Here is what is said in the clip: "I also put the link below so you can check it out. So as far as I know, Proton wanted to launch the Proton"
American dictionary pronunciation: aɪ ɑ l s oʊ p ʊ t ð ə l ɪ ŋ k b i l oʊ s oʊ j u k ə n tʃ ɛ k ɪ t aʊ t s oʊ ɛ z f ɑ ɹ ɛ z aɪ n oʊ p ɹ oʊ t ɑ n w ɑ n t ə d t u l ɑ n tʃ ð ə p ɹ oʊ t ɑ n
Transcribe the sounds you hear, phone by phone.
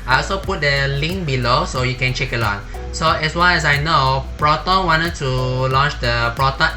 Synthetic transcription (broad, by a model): aɪ ɑ l s oʊ p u t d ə l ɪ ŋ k b i l oʊ s oʊ j u k ə n tʃ ɛ k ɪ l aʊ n s oʊ ɛ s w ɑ l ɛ s aɪ n oʊ p ɹ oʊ t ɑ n w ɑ n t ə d t u l ɑ n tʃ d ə p ɹ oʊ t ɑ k